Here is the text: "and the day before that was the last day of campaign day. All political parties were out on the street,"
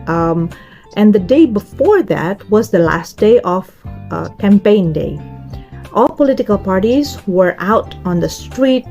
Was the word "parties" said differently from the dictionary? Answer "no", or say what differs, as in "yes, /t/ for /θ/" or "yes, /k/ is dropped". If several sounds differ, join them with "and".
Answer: no